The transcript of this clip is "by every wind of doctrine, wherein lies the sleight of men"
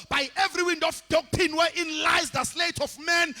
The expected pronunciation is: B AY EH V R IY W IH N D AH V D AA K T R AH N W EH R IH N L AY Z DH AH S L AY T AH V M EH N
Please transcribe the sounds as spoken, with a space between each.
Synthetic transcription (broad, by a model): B AY EH V R IY W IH N D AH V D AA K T AH N W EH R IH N L AY Z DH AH S L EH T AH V M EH N